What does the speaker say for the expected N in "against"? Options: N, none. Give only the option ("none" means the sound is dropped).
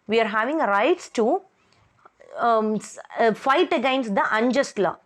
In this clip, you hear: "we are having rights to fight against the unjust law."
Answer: N